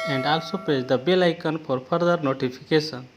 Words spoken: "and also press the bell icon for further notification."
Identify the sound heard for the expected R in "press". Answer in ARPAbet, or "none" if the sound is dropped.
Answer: none